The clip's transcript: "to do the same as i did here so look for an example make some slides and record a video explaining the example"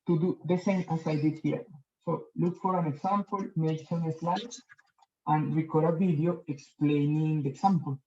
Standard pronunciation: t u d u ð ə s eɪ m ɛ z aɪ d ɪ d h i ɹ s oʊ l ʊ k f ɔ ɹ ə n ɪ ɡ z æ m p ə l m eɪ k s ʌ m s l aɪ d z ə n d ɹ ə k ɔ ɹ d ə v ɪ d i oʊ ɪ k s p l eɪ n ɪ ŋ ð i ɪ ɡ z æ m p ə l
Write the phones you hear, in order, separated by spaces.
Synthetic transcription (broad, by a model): t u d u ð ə s eɪ m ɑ s aɪ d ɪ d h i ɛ s oʊ l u k f ɔ ɹ ə n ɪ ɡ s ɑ m p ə l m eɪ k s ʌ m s l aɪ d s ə n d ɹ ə k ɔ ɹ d ə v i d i oʊ ɪ k s p l eɪ n ɪ ŋ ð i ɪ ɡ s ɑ m p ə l